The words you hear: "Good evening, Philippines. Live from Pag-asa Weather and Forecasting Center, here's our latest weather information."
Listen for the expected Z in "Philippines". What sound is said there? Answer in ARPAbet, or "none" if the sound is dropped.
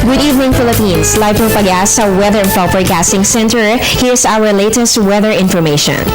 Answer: S